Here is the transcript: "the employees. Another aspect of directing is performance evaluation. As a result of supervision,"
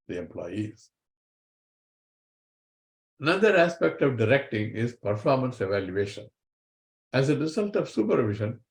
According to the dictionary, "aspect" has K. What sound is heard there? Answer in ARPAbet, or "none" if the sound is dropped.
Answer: K